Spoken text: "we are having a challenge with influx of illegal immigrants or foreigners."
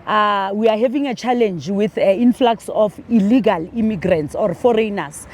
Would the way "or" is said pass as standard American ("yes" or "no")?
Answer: yes